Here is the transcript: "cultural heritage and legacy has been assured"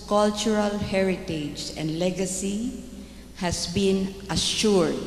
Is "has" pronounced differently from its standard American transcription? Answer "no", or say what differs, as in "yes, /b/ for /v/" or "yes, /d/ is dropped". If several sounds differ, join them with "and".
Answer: yes, /s/ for /z/